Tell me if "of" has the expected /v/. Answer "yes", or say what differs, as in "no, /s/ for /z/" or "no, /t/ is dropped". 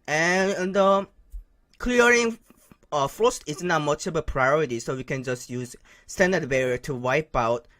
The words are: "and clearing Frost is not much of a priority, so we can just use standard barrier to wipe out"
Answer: no, /b/ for /v/